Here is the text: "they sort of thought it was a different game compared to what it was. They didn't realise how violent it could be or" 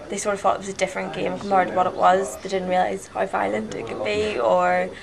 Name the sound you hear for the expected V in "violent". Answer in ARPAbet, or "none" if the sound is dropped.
F